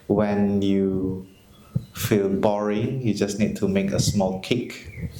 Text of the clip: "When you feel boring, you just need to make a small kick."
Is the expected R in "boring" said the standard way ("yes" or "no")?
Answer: yes